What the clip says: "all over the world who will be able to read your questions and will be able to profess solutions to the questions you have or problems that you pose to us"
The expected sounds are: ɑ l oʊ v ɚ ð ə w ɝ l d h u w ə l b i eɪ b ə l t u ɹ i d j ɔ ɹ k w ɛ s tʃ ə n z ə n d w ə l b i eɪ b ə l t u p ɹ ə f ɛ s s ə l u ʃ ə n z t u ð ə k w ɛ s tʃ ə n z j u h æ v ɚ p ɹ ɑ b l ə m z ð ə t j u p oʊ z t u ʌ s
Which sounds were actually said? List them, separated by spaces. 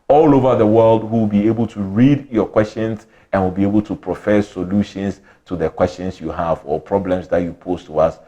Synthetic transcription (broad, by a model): ɑ l oʊ v ɚ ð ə w ɝ l d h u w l b i eɪ b ə l t u ɹ i d j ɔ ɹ k w ɛ s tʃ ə n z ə n w ə l b i eɪ b ə l t u p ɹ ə f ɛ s s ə l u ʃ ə n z t u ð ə k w ɛ s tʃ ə n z j u h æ v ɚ p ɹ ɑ b l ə m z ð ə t j u p oʊ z t u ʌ s